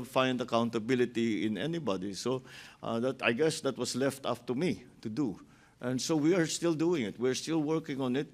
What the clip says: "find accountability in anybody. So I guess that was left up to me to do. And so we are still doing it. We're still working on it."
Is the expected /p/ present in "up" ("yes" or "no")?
no